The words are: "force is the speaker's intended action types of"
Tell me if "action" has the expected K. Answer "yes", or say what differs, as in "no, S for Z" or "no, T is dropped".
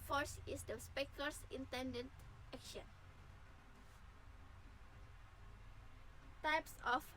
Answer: yes